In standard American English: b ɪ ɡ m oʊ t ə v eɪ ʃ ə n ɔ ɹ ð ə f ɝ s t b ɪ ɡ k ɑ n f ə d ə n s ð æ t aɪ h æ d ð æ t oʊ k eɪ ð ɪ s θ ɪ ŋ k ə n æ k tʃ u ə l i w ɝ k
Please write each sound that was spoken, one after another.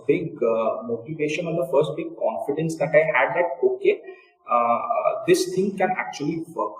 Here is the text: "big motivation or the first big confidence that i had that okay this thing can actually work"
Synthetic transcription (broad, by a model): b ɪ ɡ m oʊ t ə v eɪ ʃ ə n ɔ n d ə f ɝ s t b ɪ ɡ k ɑ n f ə d ə n s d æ t aɪ h æ d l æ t oʊ k eɪ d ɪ s t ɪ ŋ k ə n æ k tʃ u ə l i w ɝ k